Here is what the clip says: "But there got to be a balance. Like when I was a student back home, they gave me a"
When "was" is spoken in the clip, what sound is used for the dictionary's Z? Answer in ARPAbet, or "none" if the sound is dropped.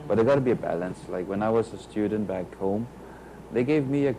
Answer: Z